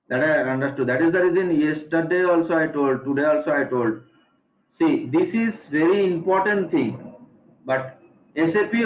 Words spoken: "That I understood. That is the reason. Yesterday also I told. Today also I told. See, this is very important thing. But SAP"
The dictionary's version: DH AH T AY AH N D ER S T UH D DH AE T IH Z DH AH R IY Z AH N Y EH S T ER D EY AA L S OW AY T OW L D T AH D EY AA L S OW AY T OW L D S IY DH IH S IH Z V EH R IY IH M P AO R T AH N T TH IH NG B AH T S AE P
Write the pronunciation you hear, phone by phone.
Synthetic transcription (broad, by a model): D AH T AY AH N D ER S T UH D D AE T IH Z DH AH R IY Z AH N Y EH S T ER D EY AA L S OW AY T OW L D T AH D EY AA L S OW AY T OW L D S IY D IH S IH Z V EH R IY IH M P AO R T AH N T T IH NG B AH T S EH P